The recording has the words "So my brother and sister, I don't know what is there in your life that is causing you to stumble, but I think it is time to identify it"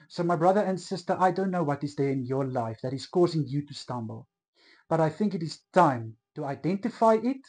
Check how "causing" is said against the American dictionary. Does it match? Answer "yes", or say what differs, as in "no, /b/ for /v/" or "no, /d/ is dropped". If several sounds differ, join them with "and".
yes